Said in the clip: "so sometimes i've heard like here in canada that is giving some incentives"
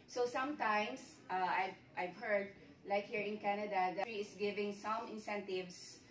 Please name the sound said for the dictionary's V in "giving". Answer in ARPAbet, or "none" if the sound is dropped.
V